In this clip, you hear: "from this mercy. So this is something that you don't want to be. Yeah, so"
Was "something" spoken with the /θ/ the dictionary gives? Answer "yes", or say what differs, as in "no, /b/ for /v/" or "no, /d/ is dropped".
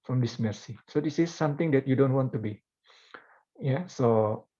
no, /t/ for /θ/